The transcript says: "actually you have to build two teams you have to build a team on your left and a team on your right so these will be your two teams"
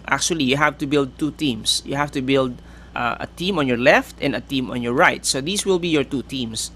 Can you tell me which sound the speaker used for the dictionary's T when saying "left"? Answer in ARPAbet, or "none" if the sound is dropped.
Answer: T